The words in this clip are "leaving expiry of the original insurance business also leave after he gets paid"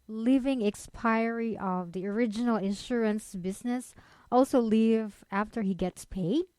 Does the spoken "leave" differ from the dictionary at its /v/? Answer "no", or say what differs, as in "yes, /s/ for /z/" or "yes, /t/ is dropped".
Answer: no